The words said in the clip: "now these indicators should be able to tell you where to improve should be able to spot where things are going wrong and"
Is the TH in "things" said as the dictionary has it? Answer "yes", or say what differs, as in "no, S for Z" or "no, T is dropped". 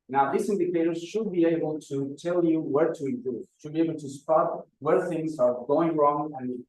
yes